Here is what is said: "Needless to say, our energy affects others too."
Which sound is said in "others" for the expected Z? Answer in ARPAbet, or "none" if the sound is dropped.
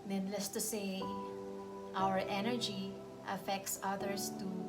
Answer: S